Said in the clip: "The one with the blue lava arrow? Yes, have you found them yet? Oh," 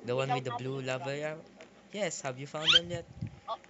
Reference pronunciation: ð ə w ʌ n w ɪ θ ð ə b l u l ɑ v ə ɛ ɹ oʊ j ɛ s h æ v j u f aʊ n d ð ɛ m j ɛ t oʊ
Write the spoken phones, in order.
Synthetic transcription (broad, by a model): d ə w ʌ n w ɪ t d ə b l u l ɑ v ə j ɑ j ɛ s h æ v j u f aʊ n d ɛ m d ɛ t